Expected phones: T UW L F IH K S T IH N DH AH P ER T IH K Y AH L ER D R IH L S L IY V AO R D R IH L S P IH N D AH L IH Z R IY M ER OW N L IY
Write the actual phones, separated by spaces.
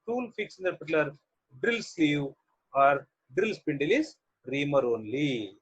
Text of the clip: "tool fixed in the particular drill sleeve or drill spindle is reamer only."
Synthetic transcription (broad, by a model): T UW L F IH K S IH N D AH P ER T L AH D D R IH L S L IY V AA R D R IH L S P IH N D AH L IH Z R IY M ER OW N L IY